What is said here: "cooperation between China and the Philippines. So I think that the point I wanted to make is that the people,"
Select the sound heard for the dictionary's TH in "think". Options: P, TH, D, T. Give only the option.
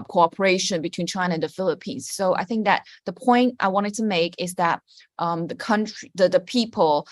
TH